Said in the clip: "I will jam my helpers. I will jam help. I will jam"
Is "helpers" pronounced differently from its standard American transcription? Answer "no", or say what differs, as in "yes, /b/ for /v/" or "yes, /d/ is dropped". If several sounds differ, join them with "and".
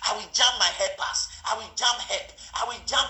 yes, /l/ is dropped and /s/ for /z/